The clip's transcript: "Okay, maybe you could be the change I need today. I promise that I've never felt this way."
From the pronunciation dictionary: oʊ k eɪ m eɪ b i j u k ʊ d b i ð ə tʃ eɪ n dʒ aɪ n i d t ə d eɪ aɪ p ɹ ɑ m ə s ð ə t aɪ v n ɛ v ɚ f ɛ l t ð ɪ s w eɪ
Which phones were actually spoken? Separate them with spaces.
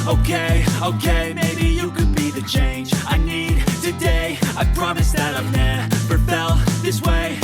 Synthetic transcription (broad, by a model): oʊ k eɪ m eɪ b i j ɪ k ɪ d b i ð ə tʃ eɪ n dʒ aɪ n i d t ə d eɪ aɪ p ɹ ɑ m ə s ð ə t aɪ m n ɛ p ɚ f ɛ l ð ɪ s w eɪ